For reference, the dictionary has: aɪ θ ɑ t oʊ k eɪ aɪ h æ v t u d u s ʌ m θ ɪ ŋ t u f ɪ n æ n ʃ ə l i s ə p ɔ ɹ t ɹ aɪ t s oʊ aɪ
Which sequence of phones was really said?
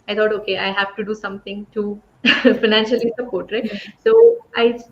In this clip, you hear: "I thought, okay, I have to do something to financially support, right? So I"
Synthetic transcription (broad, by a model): aɪ t ɑ t oʊ k eɪ aɪ h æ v t u d u s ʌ m t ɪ ŋ t u f ɪ n æ n ʃ ə l i s ə p ɔ ɹ t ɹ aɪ s oʊ aɪ